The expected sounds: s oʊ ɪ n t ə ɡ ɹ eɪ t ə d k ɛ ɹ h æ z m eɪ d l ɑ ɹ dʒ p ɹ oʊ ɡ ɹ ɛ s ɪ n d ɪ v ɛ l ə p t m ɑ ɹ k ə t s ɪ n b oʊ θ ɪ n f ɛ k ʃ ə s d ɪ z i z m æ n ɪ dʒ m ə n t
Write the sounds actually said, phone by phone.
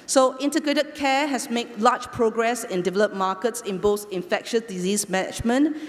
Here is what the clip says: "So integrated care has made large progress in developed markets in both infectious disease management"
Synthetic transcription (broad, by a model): s oʊ ɪ n t ə ɡ ɹ eɪ t ə d k ɛ h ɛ s m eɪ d l ɑ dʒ p ɹ oʊ ɡ ɹ ɛ s ɪ n d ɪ v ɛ l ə p m ɑ k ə t s ɪ n b oʊ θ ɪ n f ɛ k ʃ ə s d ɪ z i s m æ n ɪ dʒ m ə n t